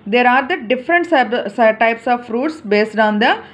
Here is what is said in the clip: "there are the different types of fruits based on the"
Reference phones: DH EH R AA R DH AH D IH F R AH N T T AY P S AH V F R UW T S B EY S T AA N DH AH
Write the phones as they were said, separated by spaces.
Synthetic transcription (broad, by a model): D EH R AA R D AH D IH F R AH N T T AY P S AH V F R UW T S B EY S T AA N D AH